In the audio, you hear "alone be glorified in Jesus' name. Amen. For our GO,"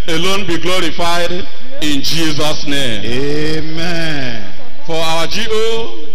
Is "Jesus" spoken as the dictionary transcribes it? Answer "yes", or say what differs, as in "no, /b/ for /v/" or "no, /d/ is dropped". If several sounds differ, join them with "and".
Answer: yes